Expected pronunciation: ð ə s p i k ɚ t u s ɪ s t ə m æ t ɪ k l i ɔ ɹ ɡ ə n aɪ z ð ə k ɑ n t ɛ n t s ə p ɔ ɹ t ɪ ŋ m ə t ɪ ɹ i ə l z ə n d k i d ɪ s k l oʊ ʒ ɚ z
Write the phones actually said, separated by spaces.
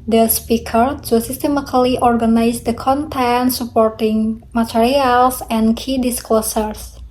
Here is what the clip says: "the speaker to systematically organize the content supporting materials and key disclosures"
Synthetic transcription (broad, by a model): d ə s p i k ɚ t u s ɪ s t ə m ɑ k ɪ l i ɔ ɹ ɡ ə n aɪ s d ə k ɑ n t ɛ n s ə p ɔ ɹ t ɪ ŋ m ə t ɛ ɹ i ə l s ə n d k i d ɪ s k l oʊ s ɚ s